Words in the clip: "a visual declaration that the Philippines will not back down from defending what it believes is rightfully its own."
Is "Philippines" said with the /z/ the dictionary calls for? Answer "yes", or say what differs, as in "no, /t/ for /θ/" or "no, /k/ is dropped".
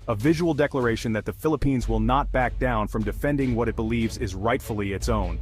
yes